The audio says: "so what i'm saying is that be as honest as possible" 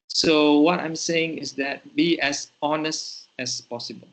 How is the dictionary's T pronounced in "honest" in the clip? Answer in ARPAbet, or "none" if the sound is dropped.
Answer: T